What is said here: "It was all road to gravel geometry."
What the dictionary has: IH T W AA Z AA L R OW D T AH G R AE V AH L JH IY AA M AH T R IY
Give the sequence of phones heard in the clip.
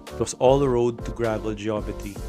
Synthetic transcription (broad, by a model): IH T W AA S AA L R OW D T AH G R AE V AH L JH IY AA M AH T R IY